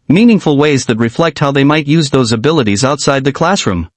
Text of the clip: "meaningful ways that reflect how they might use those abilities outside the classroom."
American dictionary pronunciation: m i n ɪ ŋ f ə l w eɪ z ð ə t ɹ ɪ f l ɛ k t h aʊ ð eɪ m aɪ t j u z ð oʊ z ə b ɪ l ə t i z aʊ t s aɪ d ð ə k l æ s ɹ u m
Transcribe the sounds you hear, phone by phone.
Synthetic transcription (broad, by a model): m i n ɪ ŋ f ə l w eɪ z ð ə t ɹ ɪ f l ɛ k t h aʊ ð eɪ m aɪ t j u z ð oʊ z ə b ɪ l ə t i z aʊ t s aɪ d ð ə k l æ s ɹ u m